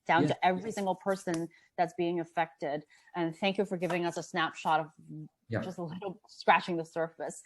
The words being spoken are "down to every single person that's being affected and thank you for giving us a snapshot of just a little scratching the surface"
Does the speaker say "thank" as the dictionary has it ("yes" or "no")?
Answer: yes